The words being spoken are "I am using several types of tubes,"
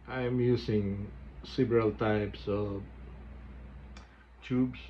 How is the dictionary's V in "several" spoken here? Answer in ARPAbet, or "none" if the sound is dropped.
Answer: B